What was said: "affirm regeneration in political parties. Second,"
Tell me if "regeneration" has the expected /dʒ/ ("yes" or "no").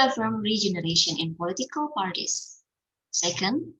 yes